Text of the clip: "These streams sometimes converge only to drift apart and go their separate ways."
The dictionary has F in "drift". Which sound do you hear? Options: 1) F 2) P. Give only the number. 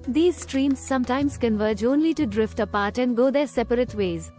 1